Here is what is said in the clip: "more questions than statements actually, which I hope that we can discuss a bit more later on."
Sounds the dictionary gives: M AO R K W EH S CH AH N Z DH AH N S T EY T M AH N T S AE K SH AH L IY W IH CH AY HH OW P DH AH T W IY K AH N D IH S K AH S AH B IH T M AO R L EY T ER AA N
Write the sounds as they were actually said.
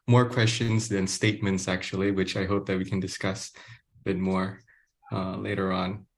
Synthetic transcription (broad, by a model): M AO R K W EH S CH AH N Z DH AH N S T EY T M AH N T S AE K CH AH L IY W IH CH AY HH OW P DH AH T W IY K AH N D IH S K AH S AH B IH T M AO R L EY T ER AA N